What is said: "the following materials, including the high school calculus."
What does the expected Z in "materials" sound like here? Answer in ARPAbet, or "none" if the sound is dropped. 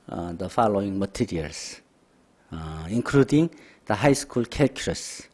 S